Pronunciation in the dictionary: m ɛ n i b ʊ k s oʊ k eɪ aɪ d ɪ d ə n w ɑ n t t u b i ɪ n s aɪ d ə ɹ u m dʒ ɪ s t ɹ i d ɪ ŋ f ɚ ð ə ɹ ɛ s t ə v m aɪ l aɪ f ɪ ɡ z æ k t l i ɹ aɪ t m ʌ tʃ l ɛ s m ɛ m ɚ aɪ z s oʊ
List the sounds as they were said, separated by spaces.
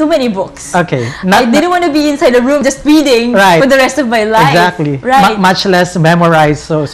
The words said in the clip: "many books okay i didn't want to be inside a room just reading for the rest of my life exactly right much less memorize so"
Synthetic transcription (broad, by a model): m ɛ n i b ʊ k s oʊ k eɪ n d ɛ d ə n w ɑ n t t u b i ɪ n s aɪ d ə ɹ u m dʒ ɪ s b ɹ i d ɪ ŋ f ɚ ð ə ɹ ɛ s t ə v m aɪ l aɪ ɪ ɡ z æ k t l i ɹ aɪ t m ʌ tʃ l ɛ s m ɛ m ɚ aɪ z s oʊ